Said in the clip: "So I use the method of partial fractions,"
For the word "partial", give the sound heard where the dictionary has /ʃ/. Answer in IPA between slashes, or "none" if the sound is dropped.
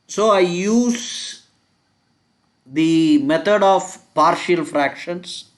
/ʃ/